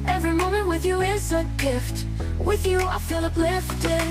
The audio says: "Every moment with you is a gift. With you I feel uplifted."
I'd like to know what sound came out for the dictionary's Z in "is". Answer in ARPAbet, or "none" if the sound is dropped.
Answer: S